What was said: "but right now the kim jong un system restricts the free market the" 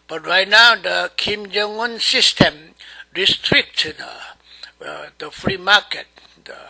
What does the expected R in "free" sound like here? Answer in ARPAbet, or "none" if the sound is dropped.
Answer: R